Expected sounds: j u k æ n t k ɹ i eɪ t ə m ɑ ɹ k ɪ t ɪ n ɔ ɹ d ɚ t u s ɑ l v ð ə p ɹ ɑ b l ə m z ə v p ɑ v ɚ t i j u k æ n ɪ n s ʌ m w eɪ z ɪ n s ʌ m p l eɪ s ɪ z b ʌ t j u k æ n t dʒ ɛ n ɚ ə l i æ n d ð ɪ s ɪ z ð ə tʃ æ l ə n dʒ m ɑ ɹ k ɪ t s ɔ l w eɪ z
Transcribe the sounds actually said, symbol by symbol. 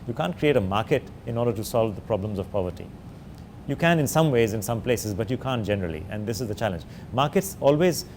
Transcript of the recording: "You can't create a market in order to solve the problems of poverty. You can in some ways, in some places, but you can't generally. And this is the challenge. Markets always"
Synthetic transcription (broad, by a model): j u k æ n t k ɹ i eɪ t ə m ɑ ɹ k ɪ t ɪ n ɔ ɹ d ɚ t u s ɑ l v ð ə p ɹ ɑ b l ə m z ə v p ɑ v ɚ t i j u k æ n ɪ n s ʌ m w eɪ z ɪ n s ʌ m p l eɪ s ɪ z b ʌ t j u k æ n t dʒ ɛ n ɚ ə l i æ n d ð ɪ s ɪ z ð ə tʃ æ l ə n dʒ m ɑ ɹ k ɪ t s ɔ l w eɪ z